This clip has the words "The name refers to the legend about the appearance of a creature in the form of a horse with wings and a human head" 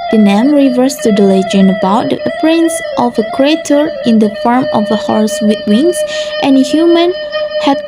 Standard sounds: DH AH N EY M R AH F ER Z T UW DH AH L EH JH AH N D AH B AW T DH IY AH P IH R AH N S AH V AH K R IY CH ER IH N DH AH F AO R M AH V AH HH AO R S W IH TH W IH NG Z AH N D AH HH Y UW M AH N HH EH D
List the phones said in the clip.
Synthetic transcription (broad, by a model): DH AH N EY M R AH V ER S T UW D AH L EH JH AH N AH B AW T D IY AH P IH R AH N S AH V AH K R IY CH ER IH N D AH F AO R M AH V AH HH AO R S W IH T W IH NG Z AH N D AH HH Y UW M AH N HH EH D